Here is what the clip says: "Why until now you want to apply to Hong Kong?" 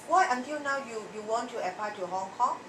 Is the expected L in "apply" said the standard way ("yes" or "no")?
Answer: no